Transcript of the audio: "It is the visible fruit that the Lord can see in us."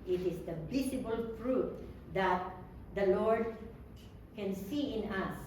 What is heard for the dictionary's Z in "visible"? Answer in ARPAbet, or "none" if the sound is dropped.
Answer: S